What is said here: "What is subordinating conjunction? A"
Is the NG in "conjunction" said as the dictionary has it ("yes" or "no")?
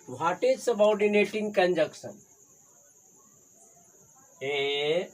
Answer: no